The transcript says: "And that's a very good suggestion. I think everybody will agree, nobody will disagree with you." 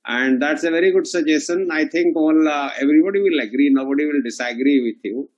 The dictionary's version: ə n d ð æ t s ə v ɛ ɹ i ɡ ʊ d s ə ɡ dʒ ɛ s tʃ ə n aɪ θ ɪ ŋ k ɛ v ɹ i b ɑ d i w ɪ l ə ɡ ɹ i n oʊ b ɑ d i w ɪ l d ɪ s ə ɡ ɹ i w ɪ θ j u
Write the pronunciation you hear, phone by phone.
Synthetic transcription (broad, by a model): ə n d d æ t s ə v ɛ ɹ i ɡ ʊ d s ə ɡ dʒ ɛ s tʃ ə n aɪ t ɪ ŋ k ɛ v ɹ i b ɑ d i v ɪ l ə ɡ ɹ i n oʊ b ɑ d i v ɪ l d ɪ s ə ɡ ɹ i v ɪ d j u